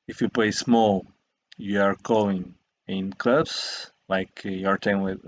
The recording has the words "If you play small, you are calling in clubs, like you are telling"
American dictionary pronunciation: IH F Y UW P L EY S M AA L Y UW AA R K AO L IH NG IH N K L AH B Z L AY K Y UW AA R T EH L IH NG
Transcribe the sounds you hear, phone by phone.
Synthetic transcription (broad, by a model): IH F Y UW P L EY S M AA L Y UW AA R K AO IH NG IH N K L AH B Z L AY K Y UW AA R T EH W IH